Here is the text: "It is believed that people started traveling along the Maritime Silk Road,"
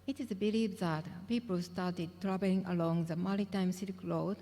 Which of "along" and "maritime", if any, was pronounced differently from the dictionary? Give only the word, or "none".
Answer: maritime